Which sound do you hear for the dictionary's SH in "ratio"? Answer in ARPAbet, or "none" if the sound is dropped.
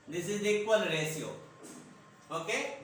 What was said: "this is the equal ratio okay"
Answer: S